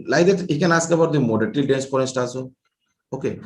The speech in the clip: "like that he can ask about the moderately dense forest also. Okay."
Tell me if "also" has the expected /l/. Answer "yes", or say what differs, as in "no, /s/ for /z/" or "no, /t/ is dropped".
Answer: no, /l/ is dropped